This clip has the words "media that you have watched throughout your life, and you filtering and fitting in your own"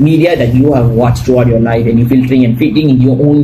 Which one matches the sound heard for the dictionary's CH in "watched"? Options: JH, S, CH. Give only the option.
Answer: CH